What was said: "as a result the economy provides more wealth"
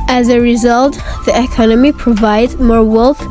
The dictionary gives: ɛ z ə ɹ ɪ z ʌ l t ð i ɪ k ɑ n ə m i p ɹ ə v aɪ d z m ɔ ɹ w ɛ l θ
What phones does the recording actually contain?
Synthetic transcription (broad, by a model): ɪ z ə ɹ ɪ z ʌ l t ð i ɪ k ɑ n ə m i p ɹ ə v aɪ d z m ɔ ɹ w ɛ l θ